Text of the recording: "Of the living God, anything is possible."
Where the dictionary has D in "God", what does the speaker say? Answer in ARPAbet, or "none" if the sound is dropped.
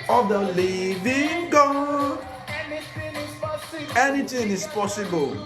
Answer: none